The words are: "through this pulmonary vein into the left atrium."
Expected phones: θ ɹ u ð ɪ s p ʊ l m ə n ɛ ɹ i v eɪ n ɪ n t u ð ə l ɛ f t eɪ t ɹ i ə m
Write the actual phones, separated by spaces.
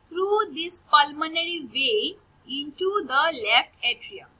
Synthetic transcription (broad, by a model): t ɹ u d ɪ s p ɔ l m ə n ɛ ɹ i v eɪ ɪ n t u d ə l ɛ f t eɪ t ɹ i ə